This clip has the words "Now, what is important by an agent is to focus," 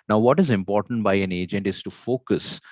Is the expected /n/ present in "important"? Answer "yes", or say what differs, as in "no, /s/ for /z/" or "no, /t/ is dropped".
yes